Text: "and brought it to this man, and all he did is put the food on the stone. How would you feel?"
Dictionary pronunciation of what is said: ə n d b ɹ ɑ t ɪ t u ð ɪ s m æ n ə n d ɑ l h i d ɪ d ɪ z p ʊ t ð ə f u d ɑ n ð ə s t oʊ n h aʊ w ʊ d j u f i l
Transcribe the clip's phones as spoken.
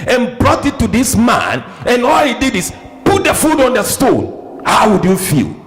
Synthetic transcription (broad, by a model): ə n b ɹ ɑ t ɪ t u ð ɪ s m æ n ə n ɑ l h i d ɪ d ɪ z p ʊ t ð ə f u d ɑ n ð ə s t oʊ n h aʊ w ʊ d j u f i l